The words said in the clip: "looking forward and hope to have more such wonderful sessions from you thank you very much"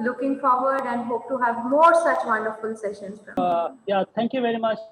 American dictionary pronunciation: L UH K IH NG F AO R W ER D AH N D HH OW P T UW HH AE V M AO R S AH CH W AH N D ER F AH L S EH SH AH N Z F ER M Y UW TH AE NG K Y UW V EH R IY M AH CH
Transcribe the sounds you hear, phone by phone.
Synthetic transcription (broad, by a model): L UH K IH NG F AO R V ER D AH N D HH OW P T UW HH AE V M AO R S AH CH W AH N D ER F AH L S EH SH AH N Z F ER Y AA T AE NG K Y UW V EH R IY M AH CH